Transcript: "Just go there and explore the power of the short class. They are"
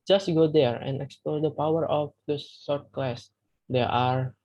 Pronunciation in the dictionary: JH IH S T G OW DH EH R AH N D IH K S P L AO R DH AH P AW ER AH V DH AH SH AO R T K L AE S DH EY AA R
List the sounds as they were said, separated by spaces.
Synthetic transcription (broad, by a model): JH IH S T G OW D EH R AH N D IH K S P L AO R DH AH P AW ER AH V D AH S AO R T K L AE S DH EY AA R